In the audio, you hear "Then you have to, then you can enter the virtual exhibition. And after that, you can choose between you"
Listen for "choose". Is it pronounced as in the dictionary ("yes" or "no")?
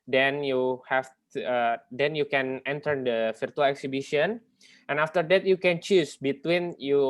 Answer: no